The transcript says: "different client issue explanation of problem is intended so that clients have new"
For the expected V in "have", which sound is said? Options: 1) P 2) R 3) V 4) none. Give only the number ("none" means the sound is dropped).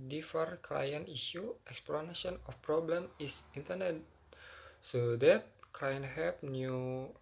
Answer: 1